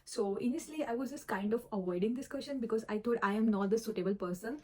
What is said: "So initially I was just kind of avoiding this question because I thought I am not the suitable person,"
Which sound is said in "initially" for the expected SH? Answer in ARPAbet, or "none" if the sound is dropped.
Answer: none